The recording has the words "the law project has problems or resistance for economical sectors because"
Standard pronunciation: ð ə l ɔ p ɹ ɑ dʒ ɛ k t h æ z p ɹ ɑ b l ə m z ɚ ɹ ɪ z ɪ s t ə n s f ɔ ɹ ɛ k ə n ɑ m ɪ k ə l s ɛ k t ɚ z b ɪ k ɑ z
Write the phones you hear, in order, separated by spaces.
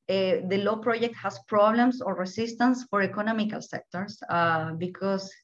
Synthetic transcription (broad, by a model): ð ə l ɔ p ɹ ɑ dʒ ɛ k t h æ s p ɹ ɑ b l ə m s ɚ ɹ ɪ s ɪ s t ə n s f ɔ ɹ ɛ k ə n ɑ m ɪ k ə l s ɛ k t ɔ s b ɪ k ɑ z